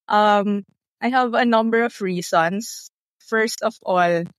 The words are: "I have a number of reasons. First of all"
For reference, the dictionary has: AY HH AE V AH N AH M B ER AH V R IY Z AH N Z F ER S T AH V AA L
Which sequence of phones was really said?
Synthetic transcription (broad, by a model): AY HH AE V AH N AH M B ER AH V R IY S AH N S F ER S T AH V AA L